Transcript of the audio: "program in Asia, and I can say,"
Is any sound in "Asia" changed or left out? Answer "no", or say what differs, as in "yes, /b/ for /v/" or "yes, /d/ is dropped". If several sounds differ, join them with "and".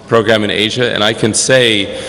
no